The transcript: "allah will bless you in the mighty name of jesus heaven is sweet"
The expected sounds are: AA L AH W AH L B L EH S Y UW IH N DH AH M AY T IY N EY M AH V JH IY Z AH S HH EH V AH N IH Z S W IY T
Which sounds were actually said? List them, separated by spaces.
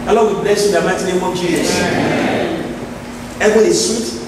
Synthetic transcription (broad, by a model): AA L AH W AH B L EH S Y UW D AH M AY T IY N EY M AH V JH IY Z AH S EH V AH IH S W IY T